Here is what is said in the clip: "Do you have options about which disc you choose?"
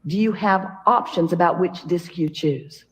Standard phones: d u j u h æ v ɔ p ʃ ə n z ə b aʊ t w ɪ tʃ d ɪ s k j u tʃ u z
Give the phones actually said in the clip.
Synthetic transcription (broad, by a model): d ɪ j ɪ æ v ɔ p ʃ ə n z ə b aʊ t w ɪ tʃ d ɪ s k j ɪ tʃ u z